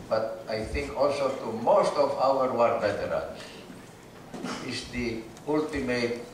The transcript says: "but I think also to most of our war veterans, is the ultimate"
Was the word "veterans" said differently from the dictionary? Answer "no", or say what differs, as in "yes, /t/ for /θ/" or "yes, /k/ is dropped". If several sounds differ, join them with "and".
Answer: yes, /b/ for /v/